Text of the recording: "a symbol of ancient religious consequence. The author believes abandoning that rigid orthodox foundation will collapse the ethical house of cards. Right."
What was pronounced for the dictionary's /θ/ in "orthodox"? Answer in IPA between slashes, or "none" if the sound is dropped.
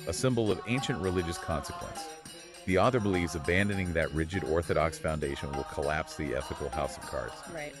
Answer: /θ/